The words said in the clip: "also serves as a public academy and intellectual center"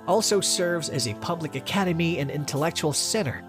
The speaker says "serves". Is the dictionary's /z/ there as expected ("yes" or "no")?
yes